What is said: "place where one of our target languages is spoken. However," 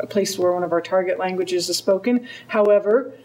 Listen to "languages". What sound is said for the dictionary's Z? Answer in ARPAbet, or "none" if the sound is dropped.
Z